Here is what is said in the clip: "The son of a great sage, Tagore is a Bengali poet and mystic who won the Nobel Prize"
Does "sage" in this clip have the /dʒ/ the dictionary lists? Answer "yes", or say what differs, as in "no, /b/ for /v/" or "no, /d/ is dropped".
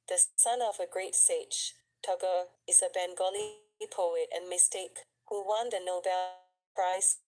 no, /tʃ/ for /dʒ/